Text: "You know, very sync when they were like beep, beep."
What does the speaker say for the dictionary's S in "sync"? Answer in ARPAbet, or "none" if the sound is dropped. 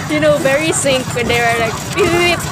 S